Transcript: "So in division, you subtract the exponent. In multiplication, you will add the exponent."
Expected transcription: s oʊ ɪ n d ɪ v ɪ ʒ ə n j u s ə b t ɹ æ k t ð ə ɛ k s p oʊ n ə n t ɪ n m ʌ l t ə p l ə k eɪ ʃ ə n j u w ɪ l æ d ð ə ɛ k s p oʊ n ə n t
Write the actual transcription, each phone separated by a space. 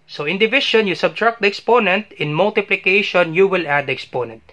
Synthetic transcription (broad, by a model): s oʊ ɪ n d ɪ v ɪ ʃ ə n j u s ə b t ɹ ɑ k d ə ɛ k s p oʊ n ə n t ɪ n m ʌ l t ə p l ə k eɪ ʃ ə n j u w ɪ l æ d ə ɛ k s p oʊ n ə n t